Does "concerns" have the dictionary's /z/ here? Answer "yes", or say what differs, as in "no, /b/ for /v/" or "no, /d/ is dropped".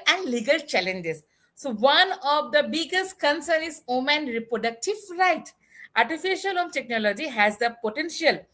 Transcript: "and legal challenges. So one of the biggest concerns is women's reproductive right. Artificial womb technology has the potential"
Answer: no, /z/ is dropped